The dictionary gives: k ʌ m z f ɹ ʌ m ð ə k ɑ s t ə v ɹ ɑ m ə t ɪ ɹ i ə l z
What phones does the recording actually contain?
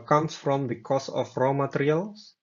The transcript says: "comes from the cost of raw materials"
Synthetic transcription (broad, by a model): k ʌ m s f ɹ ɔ m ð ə k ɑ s ə f ɹ ɑ m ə t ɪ ɹ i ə l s